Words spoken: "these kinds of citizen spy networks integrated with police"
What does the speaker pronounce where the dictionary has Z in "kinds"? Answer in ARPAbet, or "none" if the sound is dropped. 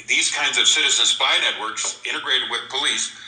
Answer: Z